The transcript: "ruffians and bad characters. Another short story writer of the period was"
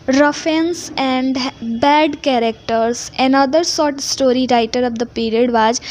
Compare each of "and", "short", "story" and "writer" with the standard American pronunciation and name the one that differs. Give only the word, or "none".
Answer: short